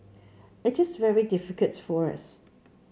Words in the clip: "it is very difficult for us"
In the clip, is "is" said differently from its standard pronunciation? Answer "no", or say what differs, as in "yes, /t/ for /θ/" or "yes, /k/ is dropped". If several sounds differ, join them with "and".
no